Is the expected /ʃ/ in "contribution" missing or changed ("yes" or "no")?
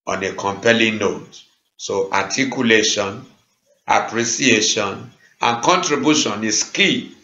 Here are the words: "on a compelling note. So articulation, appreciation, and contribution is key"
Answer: no